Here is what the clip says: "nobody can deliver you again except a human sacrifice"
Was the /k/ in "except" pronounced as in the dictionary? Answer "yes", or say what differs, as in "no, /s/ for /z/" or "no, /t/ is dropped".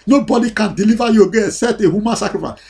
no, /k/ is dropped